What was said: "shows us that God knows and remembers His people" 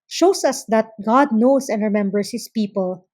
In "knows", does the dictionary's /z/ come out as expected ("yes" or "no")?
no